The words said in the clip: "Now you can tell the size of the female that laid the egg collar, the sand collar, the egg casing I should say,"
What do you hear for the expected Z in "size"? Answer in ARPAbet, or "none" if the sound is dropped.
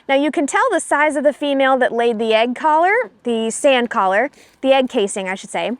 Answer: Z